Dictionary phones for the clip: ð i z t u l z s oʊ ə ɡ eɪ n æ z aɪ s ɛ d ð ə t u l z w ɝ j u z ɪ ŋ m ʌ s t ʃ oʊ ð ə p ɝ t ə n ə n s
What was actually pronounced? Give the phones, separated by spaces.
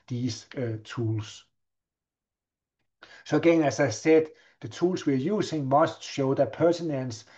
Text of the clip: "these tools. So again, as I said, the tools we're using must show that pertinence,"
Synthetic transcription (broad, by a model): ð i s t u l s s oʊ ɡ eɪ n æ s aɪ s ɛ d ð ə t u l s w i j u s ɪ ŋ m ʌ s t ʃ oʊ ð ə p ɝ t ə n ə n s